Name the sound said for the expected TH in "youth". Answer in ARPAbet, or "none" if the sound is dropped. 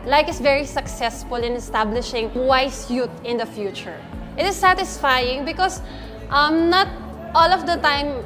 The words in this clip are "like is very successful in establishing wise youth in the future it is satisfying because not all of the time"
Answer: T